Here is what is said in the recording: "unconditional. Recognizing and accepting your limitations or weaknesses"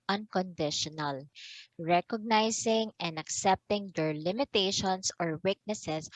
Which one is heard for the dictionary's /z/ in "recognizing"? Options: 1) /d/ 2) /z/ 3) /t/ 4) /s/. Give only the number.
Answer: 4